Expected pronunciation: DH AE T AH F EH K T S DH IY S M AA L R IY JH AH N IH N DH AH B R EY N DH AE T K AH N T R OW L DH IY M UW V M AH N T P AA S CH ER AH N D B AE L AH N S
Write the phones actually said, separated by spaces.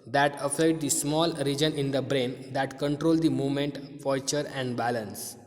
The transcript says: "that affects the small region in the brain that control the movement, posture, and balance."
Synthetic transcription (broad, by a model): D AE T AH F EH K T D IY S M AA L R IY JH AH N IH N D AH B R EY N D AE T K AH N T R OW L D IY M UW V M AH N T F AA CH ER AH N D B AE L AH N S